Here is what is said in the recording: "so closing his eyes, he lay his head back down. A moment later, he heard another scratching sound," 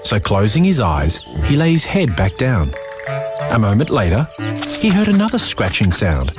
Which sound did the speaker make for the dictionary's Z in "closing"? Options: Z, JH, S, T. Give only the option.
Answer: Z